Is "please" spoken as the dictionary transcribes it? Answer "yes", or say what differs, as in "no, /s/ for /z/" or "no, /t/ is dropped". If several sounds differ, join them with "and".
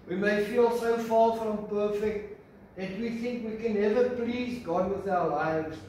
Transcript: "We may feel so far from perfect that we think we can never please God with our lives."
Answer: yes